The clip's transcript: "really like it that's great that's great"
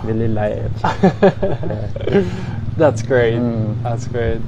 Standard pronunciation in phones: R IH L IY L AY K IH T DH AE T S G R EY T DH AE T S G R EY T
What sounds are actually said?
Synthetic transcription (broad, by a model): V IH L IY L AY IH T DH AE T S G R EY T DH AE T S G R EY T